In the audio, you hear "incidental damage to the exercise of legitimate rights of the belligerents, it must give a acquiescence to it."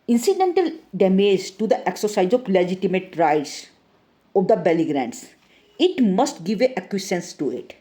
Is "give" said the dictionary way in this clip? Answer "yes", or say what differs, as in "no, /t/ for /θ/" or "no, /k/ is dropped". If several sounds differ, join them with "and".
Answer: yes